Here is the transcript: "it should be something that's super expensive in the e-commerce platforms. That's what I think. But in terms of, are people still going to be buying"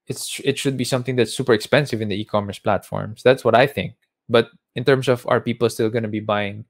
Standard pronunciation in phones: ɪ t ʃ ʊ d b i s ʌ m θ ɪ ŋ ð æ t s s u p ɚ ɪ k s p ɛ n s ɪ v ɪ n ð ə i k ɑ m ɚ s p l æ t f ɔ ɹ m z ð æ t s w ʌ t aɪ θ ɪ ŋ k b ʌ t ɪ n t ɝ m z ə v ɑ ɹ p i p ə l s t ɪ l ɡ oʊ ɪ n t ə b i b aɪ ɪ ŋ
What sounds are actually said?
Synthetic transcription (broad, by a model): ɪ t ʃ ʊ d b i s ʌ m θ ɪ ŋ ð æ t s s u p ɚ ɪ k s p ɛ n s ɪ v ɪ n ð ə i k ɑ m ɚ s p l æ t f ɔ ɹ m s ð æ t s w ʌ t aɪ θ ɪ ŋ k b ʌ t ɪ n t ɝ m s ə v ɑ ɹ p i p ə l s t ɪ l ɡ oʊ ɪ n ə b i b aɪ ɪ ŋ